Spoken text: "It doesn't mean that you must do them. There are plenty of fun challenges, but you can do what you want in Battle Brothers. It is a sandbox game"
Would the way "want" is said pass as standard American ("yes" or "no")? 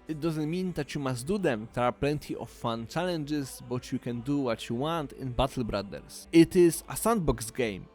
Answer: yes